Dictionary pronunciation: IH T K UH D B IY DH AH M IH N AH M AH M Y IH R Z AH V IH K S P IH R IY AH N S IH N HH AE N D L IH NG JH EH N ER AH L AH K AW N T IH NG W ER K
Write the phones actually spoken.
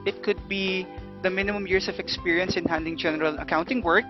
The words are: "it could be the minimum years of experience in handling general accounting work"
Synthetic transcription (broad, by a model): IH T K UH D B IY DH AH M IH N AH M AH M Y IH R S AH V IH K S P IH R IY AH N S IH N HH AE N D IH NG JH EH N ER AH L AH K AW N T IH NG W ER K